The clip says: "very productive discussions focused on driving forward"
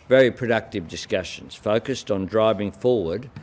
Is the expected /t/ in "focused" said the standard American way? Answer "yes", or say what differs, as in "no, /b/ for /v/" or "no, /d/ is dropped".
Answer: yes